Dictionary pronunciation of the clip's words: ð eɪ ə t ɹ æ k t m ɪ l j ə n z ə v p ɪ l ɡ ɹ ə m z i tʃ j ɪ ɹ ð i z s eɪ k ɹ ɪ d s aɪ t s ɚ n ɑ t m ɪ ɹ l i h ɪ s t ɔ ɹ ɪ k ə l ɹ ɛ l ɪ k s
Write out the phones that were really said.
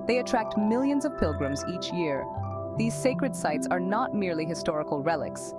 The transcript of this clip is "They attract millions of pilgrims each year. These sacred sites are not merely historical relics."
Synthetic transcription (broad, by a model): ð eɪ ə t ɹ æ k t m ɪ l j ə n z ə v p ɪ l ɡ ɹ ə m z i tʃ j ɪ ɹ ð i z s eɪ k ɹ ɪ d s aɪ t s ɚ n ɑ t m ɪ ɹ l i h ɪ s t ɔ ɹ ɪ k ə l ɹ ɛ l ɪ k s